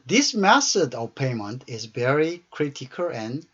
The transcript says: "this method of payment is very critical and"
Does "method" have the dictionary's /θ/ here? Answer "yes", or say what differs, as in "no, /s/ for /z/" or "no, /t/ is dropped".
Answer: no, /s/ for /θ/